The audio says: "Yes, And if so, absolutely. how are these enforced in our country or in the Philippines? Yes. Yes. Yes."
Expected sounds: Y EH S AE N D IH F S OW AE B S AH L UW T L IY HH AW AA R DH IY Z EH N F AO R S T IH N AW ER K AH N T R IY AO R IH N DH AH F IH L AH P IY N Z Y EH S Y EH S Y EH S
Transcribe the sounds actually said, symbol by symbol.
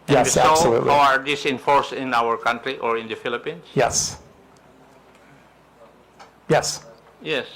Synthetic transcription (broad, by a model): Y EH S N S OW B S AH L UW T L HH AW AA R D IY S EH N F AO R S T IH N AW ER K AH N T R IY AO R IH N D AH F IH L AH P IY N S Y EH S Y EH S Y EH S